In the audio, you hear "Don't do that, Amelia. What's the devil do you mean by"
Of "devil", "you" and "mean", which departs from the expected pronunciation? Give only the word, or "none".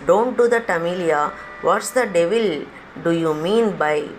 none